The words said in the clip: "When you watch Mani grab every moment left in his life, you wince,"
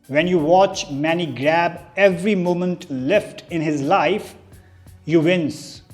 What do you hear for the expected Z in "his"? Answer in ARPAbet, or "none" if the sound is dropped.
Z